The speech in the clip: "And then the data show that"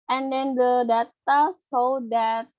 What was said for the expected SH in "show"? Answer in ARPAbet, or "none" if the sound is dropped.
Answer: S